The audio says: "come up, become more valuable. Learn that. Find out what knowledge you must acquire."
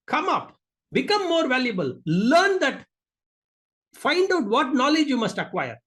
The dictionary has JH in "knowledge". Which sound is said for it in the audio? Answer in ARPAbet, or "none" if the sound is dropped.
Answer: JH